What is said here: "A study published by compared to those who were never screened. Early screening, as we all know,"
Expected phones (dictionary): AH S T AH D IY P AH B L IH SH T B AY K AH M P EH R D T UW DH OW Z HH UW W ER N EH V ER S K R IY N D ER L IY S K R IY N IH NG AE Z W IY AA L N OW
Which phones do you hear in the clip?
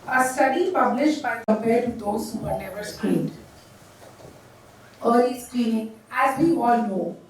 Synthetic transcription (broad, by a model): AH S T AH D IY P AH B L IH SH T B AY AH P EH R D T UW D OW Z HH UW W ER N EH V ER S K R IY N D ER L IY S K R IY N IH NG AE Z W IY AA L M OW